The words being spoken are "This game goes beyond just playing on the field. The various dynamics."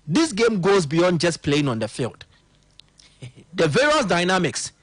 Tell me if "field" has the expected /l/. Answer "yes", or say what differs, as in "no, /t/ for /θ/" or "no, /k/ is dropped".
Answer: yes